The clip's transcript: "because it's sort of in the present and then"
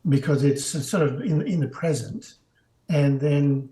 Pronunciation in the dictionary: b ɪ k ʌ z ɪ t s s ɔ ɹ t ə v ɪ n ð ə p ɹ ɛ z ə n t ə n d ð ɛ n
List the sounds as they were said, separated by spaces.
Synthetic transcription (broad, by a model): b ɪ k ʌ z ɪ t s s ɔ ɹ t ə v ɪ n ð ə p ɹ ɛ z ə n t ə n ð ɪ n